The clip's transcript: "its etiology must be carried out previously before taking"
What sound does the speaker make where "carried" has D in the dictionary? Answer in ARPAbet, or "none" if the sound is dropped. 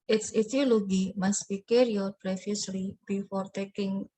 none